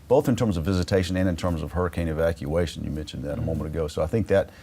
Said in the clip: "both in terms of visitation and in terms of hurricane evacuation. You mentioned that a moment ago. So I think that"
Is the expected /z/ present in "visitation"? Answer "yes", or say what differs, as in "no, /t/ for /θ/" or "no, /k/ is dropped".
yes